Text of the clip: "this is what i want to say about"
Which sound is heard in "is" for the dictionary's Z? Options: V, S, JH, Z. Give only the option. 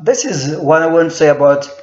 Z